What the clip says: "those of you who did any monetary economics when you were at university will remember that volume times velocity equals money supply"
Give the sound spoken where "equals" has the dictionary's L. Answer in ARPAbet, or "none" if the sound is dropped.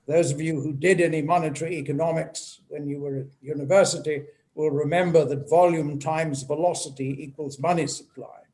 L